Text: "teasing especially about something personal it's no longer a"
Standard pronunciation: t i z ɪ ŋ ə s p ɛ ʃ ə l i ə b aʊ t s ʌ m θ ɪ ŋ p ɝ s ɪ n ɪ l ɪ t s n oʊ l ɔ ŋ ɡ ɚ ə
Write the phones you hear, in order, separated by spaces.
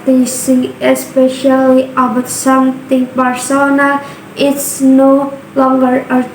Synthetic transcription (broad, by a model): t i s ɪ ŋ ə s p ɛ ʃ ə l i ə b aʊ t s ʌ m t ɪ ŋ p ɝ s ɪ n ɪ ɪ t s n oʊ l ɔ ŋ ɡ ɚ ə